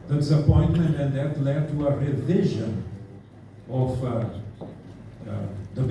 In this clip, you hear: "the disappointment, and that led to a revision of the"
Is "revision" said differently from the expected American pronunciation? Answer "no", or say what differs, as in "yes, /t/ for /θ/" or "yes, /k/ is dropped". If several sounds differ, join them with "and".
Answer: no